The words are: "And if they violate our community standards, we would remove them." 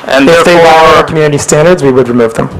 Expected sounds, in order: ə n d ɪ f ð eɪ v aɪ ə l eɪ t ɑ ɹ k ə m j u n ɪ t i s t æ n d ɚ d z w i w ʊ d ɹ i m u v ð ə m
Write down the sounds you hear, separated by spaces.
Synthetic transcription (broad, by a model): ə n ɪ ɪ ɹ ð eɪ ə w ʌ ʌ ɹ k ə m j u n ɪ t i s t æ n d ɚ d z w i w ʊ d ɹ i m u v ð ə m